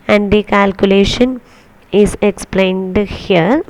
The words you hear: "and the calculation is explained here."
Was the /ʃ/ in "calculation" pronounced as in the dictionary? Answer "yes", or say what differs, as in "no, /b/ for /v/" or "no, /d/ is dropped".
yes